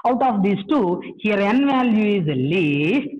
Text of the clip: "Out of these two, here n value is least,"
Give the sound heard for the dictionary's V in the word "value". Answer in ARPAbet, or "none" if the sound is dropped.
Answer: V